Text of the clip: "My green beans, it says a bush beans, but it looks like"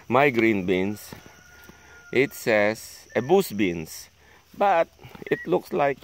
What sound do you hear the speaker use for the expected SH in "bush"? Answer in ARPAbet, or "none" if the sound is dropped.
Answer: S